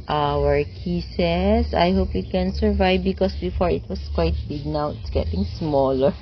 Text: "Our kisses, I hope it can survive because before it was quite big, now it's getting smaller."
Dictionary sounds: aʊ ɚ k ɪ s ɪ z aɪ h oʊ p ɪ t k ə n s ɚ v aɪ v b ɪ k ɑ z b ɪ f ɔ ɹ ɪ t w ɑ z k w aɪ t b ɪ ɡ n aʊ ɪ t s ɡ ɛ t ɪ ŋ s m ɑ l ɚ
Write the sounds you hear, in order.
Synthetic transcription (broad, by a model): aʊ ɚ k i s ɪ s aɪ h oʊ p ɪ t k ə n s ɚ v aɪ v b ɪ k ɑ s b ɪ f ɔ ɹ ɪ t w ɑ s k w aɪ t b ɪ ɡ n aʊ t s ɡ ɛ t ɪ ŋ s m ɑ l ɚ